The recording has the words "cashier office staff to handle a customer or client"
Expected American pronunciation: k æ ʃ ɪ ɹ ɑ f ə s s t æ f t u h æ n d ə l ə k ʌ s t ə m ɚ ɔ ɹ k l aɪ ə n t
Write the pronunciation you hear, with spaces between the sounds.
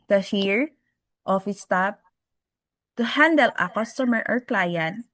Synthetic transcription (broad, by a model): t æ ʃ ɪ ɹ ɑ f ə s s t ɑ p t u h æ n d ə l ə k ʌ s t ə m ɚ ɔ ɹ k l aɪ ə n t